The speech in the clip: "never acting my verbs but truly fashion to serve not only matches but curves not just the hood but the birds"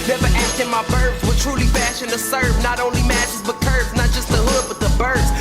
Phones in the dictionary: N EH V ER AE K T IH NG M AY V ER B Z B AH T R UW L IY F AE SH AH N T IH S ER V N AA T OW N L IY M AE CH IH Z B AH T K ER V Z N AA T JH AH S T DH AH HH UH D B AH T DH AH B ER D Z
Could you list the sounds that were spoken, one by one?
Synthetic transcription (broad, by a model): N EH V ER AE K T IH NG M AY B ER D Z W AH T R UW L IY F AE SH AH N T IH S ER V N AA T OW N L IY M AE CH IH Z B AH T K ER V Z N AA T JH AH S T DH AH HH UH D B AH T DH AH B ER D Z